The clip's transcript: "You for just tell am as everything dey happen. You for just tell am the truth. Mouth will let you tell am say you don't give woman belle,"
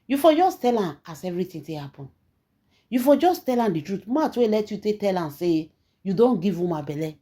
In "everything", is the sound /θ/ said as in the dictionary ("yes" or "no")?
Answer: no